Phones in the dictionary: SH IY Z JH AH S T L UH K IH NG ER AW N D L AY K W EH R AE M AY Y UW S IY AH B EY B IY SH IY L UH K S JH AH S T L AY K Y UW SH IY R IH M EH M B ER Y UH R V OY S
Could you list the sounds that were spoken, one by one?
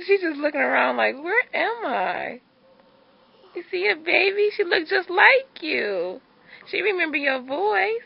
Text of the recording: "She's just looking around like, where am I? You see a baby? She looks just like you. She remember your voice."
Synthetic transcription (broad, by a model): SH IY Z JH AH S T L UH K IH NG ER AW N D L AY K W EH R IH M AY Y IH S IY AH B EY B IY SH IY L UH K S JH AH S T L AY K Y UW SH IY R IH M EH M B ER Y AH R V OY S